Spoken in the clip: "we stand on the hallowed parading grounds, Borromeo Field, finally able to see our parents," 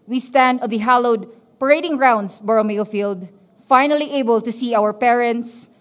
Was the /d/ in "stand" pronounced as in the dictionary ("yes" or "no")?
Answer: yes